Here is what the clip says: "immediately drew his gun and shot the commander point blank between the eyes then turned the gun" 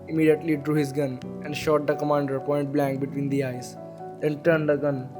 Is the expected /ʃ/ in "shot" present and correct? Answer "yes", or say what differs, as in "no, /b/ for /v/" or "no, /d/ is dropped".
yes